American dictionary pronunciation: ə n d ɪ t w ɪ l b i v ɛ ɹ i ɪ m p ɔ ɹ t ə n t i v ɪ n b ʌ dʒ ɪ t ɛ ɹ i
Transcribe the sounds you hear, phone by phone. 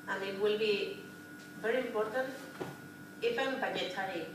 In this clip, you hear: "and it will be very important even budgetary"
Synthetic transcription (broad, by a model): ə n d ɪ t w ɪ l b i v ɛ ɹ i ɪ m p ɔ ɹ t ə n t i f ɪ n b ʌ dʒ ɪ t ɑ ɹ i